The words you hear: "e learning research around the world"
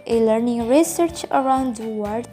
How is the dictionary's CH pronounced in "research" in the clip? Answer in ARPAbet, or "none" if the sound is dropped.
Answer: CH